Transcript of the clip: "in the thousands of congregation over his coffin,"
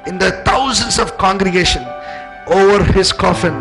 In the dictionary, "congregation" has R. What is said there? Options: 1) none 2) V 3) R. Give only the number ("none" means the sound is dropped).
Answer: 3